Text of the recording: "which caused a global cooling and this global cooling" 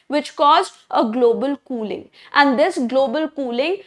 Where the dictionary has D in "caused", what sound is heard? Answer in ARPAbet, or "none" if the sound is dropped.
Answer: none